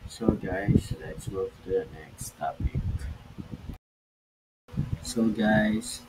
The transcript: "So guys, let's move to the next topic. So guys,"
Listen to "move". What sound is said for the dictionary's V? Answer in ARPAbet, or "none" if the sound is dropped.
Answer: F